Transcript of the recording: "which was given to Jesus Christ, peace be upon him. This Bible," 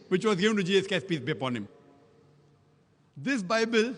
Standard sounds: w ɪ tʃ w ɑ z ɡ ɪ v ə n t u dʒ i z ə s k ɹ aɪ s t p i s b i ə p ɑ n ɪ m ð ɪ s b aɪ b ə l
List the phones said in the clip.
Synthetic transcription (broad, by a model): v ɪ tʃ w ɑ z ɡ ɪ v ə n t u dʒ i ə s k ɛ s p i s b i ə p ɑ n ɪ m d ɪ s b aɪ b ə l